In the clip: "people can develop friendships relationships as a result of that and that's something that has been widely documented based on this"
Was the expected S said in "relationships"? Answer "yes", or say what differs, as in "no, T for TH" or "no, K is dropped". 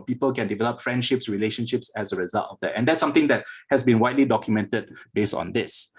yes